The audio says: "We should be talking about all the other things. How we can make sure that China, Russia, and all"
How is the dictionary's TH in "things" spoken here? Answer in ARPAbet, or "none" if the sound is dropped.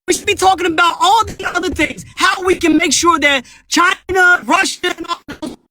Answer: TH